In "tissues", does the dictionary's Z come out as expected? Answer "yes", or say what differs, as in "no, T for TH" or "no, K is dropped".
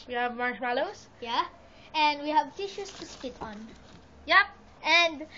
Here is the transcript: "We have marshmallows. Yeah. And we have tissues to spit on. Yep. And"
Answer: no, S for Z